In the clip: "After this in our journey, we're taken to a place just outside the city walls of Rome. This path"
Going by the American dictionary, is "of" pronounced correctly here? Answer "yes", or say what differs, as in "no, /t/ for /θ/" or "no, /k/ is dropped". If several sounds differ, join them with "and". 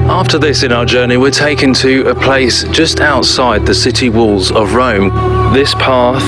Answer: yes